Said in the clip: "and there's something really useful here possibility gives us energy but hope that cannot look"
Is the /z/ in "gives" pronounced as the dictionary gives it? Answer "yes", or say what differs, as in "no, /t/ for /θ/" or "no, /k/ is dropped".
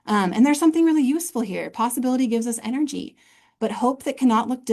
yes